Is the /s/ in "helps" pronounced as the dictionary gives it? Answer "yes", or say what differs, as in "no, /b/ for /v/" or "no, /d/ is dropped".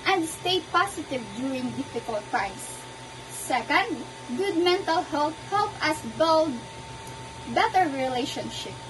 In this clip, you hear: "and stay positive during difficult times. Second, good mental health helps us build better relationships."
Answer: no, /s/ is dropped